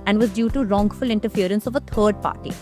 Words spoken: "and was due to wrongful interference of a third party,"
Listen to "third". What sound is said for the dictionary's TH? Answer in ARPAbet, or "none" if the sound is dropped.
T